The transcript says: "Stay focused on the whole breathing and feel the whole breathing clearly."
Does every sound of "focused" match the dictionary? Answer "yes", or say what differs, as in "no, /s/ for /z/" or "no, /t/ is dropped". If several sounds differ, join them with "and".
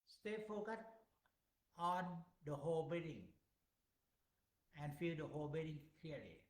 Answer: no, /s/ is dropped